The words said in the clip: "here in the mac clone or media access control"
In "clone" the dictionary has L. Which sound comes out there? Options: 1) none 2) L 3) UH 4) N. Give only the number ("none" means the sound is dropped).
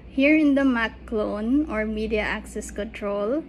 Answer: 2